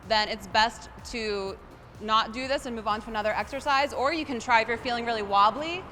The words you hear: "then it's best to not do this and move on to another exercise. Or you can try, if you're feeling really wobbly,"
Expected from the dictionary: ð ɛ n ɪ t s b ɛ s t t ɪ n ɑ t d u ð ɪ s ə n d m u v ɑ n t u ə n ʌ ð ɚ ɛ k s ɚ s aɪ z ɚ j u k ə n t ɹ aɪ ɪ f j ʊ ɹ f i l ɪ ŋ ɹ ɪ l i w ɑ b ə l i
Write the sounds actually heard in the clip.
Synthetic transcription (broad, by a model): ð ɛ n ɪ t s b ɛ s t t ɪ n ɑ t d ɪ ð ɪ s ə n m u v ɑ n t u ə n ʌ ð ɚ ɛ k s ɚ s aɪ z ɚ j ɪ k ə n t ɹ aɪ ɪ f j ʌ ɹ f i l ɪ ŋ ɹ ɪ l i w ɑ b l i